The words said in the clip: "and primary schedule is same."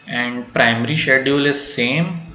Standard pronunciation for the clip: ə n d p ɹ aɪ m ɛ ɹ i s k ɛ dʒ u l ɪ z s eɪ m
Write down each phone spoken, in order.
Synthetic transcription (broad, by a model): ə n d p ɹ aɪ m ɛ ɹ i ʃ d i u l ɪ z s eɪ m